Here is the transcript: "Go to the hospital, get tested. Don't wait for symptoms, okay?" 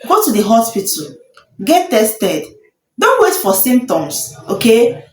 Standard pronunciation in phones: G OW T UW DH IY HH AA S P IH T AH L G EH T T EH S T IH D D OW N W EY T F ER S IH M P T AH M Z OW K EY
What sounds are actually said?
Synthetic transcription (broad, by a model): G OW T UW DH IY HH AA S P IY T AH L G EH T T EH S T IH D D OW N W EY T F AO S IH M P T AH M S OW K EY